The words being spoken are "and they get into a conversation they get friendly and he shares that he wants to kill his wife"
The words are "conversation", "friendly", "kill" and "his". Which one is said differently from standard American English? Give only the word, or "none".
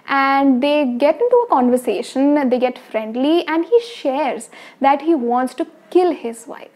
none